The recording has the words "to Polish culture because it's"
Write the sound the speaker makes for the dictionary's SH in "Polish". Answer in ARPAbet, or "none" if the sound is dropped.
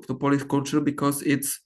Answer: S